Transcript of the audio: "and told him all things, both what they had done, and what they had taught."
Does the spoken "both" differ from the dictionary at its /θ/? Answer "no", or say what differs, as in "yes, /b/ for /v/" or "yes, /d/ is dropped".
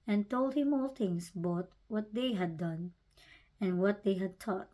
yes, /t/ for /θ/